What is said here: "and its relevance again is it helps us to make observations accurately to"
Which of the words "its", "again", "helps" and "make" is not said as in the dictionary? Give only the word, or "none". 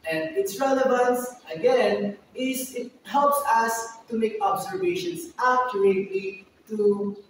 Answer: none